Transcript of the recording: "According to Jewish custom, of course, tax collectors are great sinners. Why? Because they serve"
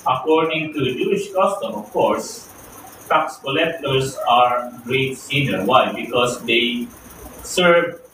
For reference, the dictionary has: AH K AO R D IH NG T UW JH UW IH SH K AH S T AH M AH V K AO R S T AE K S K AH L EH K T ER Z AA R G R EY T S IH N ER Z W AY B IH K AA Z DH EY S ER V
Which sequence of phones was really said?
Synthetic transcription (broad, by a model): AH K AO R D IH NG T UW JH UW IH SH K AH S T AH M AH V K AO R S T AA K S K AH L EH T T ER S AA R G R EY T S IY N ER W AY B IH K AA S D EY S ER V